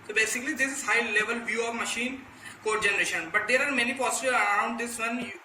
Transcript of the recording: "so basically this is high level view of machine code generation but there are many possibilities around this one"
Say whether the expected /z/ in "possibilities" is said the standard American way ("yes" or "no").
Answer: no